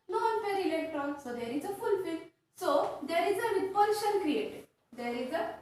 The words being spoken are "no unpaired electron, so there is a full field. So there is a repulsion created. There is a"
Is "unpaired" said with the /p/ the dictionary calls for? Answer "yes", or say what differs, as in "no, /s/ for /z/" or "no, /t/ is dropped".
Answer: no, /f/ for /p/